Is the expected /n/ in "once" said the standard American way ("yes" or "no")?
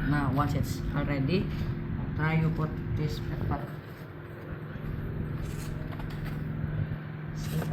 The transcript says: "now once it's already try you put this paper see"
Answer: no